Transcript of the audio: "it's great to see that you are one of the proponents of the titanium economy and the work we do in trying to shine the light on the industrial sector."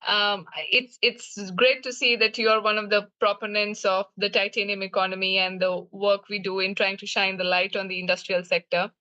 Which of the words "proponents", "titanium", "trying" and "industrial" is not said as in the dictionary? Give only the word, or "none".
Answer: none